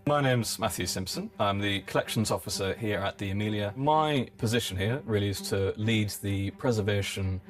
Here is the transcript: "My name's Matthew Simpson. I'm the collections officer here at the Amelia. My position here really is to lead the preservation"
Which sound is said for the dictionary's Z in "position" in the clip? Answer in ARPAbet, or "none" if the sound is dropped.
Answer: Z